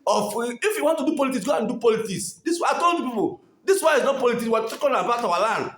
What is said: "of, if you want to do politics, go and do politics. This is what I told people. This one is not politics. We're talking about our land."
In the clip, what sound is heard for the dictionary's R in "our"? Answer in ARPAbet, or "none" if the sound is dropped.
W